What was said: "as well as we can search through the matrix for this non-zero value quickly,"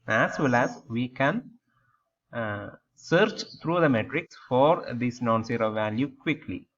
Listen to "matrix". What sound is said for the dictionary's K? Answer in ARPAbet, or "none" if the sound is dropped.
K